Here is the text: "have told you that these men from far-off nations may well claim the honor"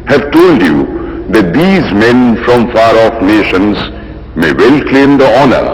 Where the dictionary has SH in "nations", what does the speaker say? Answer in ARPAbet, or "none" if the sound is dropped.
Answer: SH